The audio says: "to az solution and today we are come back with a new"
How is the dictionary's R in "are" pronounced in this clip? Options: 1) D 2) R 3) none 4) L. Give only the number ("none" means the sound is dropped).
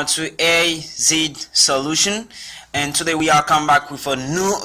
4